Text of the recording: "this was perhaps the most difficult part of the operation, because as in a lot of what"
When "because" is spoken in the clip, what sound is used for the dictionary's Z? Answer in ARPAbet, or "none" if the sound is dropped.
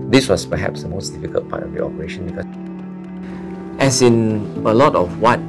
none